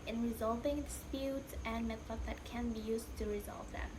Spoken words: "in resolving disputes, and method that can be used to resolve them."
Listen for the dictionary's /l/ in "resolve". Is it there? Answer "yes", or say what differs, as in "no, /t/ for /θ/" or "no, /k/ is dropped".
yes